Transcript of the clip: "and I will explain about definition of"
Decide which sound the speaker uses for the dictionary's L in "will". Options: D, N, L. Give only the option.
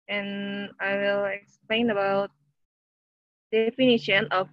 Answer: L